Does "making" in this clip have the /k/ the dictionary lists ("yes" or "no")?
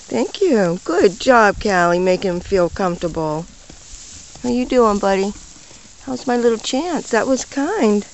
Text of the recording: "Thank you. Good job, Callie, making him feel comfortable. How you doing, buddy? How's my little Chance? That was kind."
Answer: no